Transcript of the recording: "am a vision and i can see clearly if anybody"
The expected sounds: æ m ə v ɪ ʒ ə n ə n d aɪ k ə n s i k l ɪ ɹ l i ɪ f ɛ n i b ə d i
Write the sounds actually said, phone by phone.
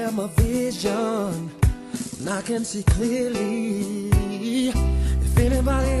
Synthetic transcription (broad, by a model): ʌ m ə v ɪ ʒ ə n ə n aɪ k ə n s i k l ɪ l i ɪ f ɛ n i b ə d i